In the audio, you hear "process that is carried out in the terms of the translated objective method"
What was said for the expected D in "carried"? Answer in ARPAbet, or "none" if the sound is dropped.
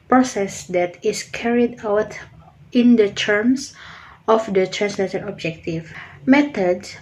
D